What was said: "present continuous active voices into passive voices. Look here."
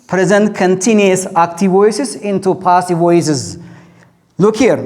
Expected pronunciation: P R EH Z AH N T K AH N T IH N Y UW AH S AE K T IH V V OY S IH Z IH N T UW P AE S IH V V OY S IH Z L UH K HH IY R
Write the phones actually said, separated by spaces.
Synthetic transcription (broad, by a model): P R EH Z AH N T K AH N T IH N Y UW AH S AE K T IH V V OY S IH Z IH N T UW P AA S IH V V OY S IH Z L UH K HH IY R